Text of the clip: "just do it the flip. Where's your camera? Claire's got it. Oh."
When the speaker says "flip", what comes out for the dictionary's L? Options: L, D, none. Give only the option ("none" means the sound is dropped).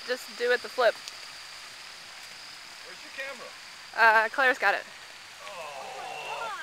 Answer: L